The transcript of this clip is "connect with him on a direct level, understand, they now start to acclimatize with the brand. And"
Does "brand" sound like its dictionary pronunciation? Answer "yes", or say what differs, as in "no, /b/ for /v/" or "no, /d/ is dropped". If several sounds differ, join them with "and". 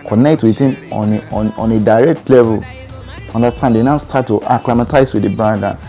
no, /ɹ/ is dropped and /n/ is dropped